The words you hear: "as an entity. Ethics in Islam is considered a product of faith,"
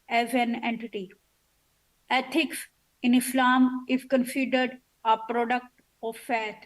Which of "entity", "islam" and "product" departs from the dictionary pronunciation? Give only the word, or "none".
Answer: none